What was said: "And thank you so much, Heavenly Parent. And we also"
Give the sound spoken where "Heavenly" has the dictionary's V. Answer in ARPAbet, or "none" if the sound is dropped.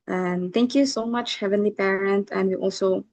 V